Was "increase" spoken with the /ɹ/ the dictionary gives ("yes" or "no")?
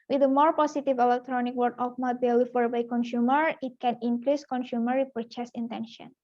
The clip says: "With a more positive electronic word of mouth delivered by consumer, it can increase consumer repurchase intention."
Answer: no